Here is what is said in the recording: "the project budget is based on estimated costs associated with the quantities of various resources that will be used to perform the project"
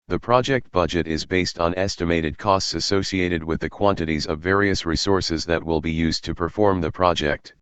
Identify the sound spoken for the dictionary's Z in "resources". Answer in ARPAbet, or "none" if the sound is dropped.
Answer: Z